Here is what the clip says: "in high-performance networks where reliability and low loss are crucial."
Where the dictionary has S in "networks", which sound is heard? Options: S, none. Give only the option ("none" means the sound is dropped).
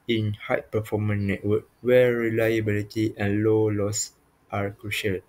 none